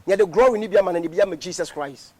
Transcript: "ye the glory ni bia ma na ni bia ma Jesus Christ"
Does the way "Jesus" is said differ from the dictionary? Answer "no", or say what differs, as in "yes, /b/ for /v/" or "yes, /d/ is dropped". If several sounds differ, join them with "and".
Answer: yes, /s/ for /z/